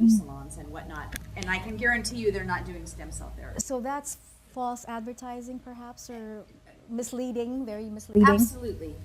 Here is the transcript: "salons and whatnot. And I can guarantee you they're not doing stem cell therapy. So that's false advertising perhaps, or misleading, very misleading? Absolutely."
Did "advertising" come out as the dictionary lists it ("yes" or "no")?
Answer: yes